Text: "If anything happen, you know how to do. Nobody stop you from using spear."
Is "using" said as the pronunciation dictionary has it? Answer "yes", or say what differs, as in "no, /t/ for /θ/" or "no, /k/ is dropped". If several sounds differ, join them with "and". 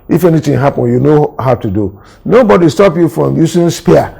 no, /s/ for /z/